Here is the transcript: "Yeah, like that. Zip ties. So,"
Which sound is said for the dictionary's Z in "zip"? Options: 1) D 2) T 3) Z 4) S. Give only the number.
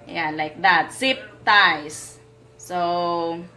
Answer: 4